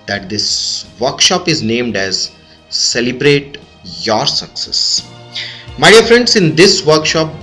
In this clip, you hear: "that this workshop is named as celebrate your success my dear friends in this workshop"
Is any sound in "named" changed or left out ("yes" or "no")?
no